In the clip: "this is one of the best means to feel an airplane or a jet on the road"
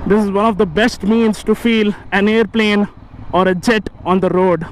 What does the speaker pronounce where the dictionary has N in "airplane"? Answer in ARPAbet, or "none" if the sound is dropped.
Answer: N